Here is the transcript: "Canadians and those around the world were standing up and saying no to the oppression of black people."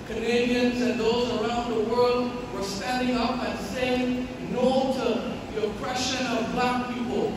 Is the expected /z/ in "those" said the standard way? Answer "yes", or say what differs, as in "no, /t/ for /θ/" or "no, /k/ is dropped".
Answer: yes